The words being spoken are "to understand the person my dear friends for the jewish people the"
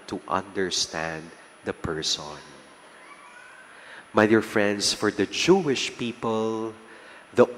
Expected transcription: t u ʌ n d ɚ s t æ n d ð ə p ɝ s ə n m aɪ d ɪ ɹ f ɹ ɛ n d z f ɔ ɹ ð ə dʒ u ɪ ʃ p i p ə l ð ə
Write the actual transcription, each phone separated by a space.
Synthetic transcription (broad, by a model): t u ʌ n d ɚ s t æ n d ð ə p ɝ s ə n m aɪ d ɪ ɹ f ɹ ɛ n d s f ɔ ɹ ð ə dʒ u ɪ ʃ p i p ə l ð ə